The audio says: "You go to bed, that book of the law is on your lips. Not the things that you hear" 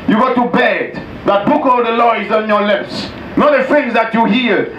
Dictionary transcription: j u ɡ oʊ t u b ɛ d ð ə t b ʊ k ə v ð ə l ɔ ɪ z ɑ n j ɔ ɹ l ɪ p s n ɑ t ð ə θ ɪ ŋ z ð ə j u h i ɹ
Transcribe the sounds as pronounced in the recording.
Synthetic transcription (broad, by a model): j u ɡ oʊ t u b ɛ d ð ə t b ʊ k ə v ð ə l ɔ ɪ z ɑ n j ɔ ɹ l ɪ p s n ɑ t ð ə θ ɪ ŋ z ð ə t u h i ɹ